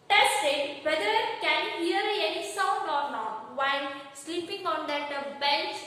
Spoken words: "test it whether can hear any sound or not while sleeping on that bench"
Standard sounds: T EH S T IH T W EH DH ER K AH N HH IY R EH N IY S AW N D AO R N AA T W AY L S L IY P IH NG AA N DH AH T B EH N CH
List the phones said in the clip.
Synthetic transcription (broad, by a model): T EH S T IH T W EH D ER K AH N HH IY R EH N IY S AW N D AO R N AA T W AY N S L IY P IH NG AA N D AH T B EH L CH